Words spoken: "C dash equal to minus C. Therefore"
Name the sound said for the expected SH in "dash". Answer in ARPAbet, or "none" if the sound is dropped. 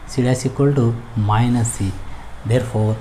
S